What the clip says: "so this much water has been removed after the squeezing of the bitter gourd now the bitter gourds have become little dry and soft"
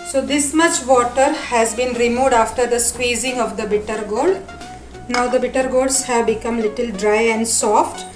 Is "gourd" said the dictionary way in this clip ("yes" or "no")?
no